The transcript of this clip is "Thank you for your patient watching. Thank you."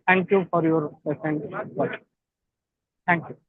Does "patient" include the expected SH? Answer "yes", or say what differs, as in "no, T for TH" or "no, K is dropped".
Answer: no, S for SH